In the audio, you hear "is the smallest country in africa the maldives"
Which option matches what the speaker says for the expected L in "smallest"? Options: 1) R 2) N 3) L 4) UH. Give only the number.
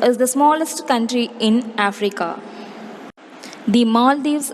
3